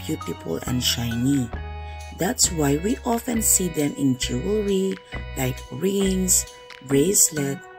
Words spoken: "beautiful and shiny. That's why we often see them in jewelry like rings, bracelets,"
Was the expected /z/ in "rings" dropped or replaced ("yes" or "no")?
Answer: yes